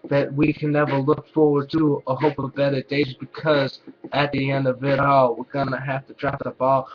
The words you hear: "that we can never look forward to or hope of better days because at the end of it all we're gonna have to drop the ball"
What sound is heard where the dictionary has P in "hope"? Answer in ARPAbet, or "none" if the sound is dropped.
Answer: P